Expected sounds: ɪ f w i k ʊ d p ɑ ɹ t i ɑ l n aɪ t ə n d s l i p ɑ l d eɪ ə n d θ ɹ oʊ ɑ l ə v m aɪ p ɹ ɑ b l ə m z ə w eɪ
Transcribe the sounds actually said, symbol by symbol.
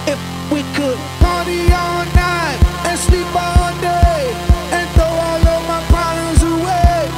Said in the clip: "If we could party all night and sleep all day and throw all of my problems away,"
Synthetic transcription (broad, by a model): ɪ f w i k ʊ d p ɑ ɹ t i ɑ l n aɪ t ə n s l i p ɑ l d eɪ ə n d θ oʊ ɑ l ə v m aɪ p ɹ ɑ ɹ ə z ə w eɪ